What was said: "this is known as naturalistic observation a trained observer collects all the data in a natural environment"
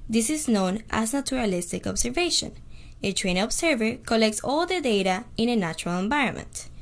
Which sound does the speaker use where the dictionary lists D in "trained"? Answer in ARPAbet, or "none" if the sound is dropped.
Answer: none